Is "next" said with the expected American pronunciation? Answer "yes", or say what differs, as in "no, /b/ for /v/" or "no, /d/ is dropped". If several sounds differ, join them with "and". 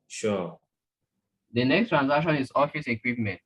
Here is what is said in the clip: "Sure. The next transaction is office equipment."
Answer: yes